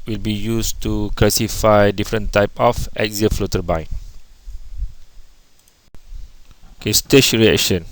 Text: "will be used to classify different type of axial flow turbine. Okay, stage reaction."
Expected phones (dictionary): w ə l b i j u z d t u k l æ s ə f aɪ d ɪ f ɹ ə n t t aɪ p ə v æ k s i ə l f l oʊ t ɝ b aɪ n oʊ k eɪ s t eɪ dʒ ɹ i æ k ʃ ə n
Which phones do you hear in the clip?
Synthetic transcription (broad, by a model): w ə l b i j u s t u k l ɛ s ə f aɪ d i f ɹ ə n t t aɪ p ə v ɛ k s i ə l f l oʊ t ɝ b aɪ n oʊ k eɪ s t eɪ ʃ ɹ i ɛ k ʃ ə n